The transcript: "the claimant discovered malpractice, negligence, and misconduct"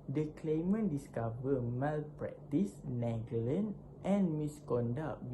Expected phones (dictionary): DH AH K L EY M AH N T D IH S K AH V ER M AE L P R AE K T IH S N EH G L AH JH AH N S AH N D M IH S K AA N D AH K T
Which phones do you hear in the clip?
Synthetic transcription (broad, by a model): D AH K L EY M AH N D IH S K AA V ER M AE L P R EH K T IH S N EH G AH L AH N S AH N M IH S K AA N D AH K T